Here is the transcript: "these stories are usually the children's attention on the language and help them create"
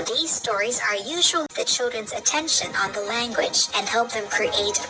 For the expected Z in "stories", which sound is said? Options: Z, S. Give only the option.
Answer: Z